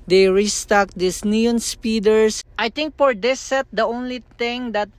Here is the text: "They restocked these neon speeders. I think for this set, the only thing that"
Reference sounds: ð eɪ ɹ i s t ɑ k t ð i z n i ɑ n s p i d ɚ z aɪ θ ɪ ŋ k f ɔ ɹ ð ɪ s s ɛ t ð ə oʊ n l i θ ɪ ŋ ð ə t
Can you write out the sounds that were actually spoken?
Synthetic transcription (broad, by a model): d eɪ ɹ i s t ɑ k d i s n i ɑ n s p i d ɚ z aɪ t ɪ ŋ k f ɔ ɹ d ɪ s s ɛ t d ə oʊ n l i t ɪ ŋ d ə t